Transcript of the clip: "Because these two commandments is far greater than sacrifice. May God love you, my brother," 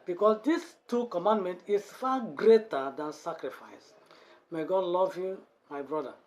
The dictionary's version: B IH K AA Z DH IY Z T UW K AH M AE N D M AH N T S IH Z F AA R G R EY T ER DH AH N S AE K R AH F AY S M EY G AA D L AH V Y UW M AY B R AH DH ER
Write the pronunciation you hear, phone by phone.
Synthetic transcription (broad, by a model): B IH K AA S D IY S T UW K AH M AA N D M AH N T IH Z F AA G R EY T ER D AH N S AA K R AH F AY S M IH G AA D L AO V Y UW M AY B R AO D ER